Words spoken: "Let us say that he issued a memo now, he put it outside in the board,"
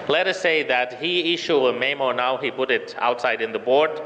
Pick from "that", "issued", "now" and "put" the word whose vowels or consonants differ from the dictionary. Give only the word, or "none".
issued